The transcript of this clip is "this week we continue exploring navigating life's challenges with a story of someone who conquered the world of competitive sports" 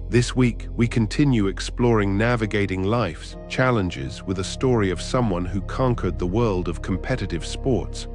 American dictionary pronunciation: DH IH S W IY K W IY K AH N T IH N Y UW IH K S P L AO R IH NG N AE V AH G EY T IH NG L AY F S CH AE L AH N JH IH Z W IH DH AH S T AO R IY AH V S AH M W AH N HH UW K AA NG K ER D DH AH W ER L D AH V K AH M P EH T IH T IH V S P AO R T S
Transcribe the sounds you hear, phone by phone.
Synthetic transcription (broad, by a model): DH IH S W IY K W IY K AH N T IH N Y UW IH K S P L AO R IH NG N AE V AH G EY T IH NG L AY F S CH AE L AH N JH IH Z W IH DH AH S T AO R IY AH V S AH M W AH N HH UW K AA NG K ER D DH AH W ER L D AH V K AH M P EH T IH T IH V S P AO R T S